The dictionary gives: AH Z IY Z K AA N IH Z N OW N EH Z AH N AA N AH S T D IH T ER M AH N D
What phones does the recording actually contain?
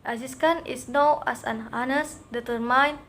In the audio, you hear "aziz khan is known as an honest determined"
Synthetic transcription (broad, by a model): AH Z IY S K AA N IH S N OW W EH S AH N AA N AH S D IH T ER M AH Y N